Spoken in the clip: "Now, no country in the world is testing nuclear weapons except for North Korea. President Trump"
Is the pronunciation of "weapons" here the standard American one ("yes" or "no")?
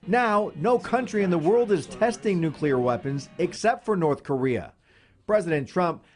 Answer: yes